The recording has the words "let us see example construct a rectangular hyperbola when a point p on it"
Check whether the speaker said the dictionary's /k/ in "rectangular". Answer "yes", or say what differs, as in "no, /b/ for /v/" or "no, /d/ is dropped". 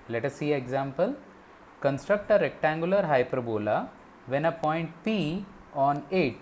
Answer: yes